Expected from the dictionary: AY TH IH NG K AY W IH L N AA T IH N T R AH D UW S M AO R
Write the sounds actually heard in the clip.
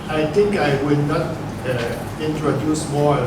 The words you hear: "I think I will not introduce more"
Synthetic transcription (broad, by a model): AY T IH NG K AY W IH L N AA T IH N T R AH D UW S M AO